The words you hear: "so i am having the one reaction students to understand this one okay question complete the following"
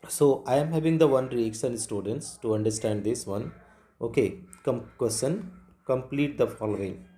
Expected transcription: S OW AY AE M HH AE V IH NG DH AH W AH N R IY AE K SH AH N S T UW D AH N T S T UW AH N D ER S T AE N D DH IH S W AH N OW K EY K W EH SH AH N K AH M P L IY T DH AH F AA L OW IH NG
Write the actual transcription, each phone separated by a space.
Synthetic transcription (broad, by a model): S OW AY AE M HH AE V IH NG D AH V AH N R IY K S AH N S T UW D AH N T S T UW AH N D ER S T AE N D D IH S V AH N OW K EY K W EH S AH N K AH M P L IY T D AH F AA L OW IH NG